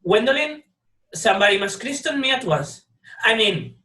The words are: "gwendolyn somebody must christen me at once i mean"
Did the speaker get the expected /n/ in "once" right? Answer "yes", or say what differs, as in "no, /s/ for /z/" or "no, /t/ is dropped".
no, /n/ is dropped